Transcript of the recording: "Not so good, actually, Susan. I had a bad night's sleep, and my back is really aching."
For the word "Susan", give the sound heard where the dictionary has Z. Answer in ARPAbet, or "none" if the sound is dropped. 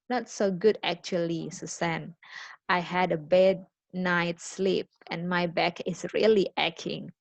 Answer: S